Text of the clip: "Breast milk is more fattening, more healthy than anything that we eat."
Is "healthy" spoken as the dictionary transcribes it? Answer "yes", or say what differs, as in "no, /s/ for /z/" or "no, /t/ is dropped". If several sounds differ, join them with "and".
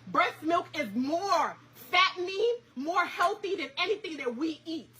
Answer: yes